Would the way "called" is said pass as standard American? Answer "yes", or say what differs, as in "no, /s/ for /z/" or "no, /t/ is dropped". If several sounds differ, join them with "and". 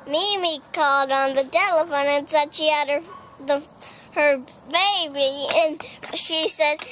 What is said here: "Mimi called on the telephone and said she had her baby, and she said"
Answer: yes